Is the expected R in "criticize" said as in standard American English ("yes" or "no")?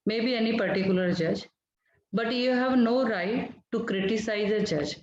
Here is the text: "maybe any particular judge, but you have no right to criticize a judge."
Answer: yes